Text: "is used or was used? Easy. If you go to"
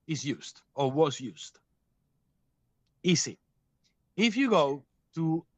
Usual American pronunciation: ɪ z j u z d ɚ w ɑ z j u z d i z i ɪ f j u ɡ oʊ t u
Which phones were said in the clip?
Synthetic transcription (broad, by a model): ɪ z j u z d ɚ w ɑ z j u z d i s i ɪ f j u ɡ oʊ t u